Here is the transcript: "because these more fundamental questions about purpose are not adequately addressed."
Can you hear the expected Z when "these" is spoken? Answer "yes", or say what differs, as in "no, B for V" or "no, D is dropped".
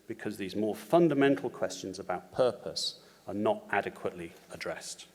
yes